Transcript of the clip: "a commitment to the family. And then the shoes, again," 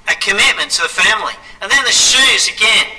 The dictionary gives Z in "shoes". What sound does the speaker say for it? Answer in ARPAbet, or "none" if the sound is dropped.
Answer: Z